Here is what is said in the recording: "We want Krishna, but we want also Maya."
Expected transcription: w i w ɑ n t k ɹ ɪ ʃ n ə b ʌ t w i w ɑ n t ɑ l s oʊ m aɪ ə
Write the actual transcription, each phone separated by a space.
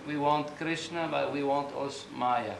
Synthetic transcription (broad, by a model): w i w ɑ n t k ɹ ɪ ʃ n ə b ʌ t w i w ɑ n t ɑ s m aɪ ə